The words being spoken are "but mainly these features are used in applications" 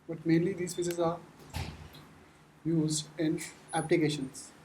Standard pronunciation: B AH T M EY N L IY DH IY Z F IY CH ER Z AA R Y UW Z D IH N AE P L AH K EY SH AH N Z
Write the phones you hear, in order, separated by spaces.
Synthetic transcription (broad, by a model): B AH T M EY N L IY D IY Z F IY S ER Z AA R Y UW Z D IH N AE P L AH K EY SH AH N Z